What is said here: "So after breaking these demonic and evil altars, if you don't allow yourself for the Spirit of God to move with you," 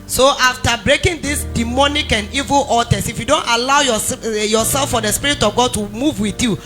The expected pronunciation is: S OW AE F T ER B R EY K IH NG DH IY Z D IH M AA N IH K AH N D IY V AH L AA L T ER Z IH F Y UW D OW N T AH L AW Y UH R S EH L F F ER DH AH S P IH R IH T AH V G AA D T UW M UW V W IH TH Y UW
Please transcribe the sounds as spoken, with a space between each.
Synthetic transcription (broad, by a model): S OW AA F T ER B R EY K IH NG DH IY S D IH M AA N IH K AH N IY V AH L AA T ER S IH F Y UW D OW N T AH L AW Y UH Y S EH L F F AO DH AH S P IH R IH T AH V G AA D T UW M UW V W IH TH Y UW